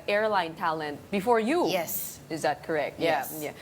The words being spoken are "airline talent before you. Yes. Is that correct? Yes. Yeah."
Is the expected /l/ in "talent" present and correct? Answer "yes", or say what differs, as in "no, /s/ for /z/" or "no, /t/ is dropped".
yes